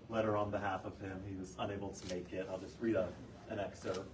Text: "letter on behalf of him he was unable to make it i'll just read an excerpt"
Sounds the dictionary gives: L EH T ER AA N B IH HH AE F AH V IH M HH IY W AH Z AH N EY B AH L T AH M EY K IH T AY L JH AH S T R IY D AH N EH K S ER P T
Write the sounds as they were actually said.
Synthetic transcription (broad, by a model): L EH T ER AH N B IH HH AE F AH V IH M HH IY W AH Z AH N EY B L T AH M EY K IH T AY L JH AH S T R IY D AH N EH K S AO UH